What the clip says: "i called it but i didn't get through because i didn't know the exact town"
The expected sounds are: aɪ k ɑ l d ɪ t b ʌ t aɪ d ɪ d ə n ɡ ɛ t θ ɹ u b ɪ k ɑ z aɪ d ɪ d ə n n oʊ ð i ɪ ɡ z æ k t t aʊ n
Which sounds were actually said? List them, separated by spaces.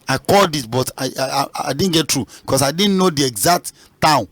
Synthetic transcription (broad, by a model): aɪ k ɑ l d ɪ t b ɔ t aɪ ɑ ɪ d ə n ɡ ɛ t ɹ u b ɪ k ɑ s aɪ d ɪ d n n oʊ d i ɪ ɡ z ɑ k t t aʊ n